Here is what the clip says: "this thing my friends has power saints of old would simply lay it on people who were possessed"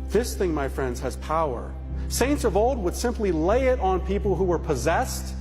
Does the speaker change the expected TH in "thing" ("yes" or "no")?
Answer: no